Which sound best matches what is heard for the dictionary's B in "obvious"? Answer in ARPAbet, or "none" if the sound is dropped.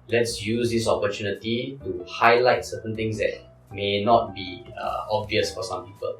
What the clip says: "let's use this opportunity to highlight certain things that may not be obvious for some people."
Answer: B